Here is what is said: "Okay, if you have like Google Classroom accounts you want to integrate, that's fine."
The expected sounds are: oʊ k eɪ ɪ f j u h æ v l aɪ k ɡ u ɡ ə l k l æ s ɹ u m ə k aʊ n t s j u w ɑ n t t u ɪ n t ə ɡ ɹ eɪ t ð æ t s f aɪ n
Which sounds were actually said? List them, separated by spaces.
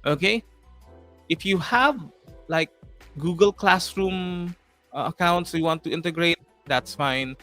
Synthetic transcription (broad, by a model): oʊ k eɪ ɪ f j u h æ v l aɪ k ɡ u ɡ ə l k l æ s ɹ u m ə k aʊ n t s j u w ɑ n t t u ɪ n t ə ɡ ɹ eɪ t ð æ t s f aɪ n